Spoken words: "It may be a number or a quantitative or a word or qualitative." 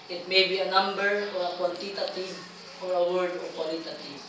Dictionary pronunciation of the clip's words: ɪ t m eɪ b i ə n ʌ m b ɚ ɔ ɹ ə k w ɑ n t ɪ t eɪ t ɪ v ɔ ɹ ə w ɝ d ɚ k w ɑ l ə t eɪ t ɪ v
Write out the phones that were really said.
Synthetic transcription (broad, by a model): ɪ t m eɪ b i ə n ʌ m b ɚ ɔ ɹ ə k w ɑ l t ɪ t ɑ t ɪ f ɔ ɹ ə w ɝ d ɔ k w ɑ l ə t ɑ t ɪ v